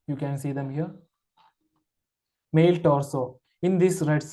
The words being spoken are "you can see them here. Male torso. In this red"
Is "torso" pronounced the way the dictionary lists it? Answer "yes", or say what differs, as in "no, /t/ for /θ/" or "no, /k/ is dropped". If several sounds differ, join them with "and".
no, /l/ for /ɹ/